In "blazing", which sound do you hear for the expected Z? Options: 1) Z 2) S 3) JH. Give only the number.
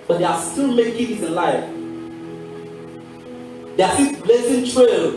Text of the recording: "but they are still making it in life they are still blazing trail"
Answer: 2